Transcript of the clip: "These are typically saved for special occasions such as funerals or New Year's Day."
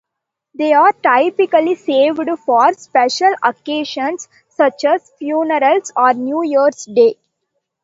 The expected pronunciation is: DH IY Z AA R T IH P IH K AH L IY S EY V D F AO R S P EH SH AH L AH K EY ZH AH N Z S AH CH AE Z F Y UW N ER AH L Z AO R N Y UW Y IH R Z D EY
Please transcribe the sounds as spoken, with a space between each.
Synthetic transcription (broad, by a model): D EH AA R T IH P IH K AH L IY S EY V D F AO R S P EH SH AH L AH K EY SH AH N S AH CH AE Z F Y UW N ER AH L S AO R N Y UW Y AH R S D EY